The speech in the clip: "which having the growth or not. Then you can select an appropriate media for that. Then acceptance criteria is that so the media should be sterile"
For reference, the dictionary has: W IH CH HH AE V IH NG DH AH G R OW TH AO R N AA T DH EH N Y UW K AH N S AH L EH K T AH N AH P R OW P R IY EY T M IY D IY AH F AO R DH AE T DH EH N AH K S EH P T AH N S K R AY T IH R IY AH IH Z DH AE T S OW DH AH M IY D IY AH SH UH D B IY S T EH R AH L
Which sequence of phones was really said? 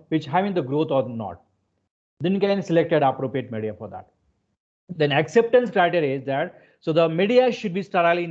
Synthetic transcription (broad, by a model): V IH CH HH AE V IH NG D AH G R OW T AO R N AA T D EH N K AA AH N S AH L EH K T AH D AH P R OW P R IY EY T M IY D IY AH F AO R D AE T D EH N AH K S EH P T AH N S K R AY T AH R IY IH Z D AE T S OW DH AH M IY D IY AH SH UH D B IY S T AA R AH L